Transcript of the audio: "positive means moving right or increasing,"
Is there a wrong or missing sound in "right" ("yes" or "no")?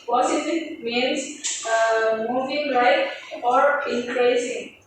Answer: yes